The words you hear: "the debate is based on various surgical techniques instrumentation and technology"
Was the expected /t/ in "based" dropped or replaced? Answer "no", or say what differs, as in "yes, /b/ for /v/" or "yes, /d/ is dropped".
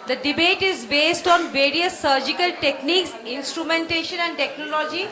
no